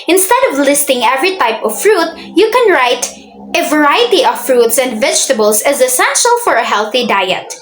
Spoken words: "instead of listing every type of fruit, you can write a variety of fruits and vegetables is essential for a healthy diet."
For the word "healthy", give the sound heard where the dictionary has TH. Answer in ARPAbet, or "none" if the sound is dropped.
TH